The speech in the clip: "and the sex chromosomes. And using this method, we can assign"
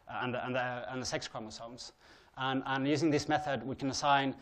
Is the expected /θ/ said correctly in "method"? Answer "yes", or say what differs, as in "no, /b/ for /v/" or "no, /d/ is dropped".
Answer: yes